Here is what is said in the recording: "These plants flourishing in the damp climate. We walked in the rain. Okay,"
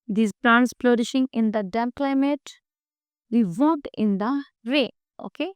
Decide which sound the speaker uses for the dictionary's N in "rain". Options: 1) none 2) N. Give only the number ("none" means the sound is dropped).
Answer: 1